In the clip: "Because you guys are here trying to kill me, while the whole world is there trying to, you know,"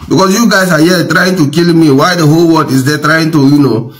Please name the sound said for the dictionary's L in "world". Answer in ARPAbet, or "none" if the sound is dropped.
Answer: none